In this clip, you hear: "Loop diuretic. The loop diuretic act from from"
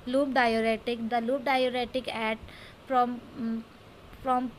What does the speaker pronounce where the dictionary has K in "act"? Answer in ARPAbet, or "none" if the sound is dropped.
none